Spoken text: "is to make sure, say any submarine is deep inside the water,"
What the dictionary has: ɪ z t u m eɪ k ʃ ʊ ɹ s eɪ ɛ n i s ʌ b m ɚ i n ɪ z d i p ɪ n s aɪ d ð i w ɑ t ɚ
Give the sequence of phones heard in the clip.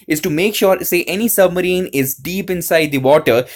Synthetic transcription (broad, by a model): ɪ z t u m eɪ k ʃ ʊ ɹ s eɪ ɛ n i s ʌ b m ɚ i n ɪ z d i p ɪ n s aɪ d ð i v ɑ t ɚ